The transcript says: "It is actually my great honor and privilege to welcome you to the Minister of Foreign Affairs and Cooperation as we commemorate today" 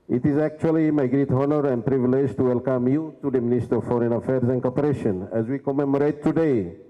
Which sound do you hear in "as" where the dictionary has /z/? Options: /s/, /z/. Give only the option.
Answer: /z/